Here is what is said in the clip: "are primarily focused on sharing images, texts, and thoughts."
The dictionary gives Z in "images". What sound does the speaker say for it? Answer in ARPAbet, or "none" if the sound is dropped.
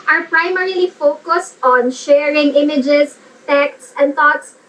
S